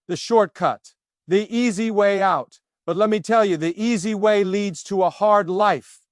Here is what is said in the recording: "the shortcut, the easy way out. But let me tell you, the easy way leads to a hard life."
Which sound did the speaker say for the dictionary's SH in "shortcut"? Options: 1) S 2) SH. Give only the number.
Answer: 2